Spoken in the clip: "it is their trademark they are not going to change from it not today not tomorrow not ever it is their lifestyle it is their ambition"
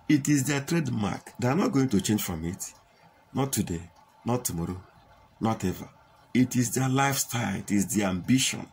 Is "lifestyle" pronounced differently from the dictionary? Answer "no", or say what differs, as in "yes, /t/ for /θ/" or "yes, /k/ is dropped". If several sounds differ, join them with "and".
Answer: no